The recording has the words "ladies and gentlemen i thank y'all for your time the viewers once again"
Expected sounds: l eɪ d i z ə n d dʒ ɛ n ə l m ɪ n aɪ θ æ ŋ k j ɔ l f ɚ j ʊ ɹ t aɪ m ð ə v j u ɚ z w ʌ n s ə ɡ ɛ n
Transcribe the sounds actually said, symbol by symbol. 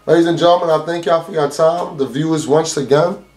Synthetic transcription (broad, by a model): l eɪ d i z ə n dʒ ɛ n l m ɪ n aɪ θ æ ŋ k j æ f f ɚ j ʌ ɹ t aɪ m ð ə v j u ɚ z w ʌ n s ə ɡ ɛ n